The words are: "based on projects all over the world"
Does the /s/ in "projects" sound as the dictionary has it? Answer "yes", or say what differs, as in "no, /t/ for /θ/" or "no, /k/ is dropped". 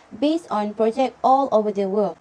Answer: no, /s/ is dropped